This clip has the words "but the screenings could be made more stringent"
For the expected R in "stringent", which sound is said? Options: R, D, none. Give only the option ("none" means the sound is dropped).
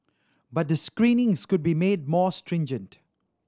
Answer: R